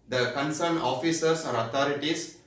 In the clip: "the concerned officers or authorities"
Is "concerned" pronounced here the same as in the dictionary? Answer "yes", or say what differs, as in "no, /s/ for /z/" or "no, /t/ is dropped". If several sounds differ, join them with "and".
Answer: no, /d/ is dropped